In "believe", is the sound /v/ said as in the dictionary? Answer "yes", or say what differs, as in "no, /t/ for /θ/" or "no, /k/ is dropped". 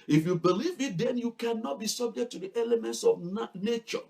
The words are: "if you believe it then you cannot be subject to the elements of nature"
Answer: yes